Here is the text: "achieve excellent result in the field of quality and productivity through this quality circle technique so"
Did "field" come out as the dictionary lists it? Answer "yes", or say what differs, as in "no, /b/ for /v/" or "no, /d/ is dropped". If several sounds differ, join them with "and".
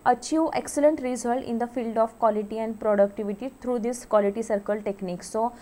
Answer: yes